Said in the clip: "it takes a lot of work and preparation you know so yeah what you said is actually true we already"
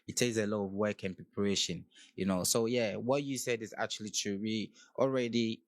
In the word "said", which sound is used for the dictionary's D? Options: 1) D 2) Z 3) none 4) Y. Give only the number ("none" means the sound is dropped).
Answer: 1